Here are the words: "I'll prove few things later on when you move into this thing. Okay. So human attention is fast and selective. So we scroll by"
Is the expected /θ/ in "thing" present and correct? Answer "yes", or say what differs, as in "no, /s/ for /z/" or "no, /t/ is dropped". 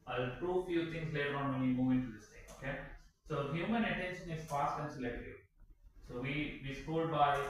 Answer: no, /t/ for /θ/